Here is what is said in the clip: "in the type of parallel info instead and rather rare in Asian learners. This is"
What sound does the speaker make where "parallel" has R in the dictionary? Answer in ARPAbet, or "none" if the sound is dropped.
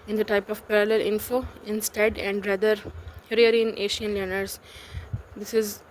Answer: R